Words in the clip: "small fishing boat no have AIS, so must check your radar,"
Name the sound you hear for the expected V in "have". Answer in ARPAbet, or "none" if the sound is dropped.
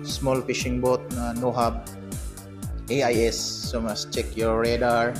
B